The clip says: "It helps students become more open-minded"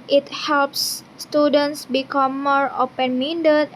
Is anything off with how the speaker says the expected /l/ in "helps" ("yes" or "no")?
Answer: no